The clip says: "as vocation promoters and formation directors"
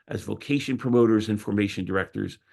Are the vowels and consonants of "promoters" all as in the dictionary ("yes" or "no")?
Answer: yes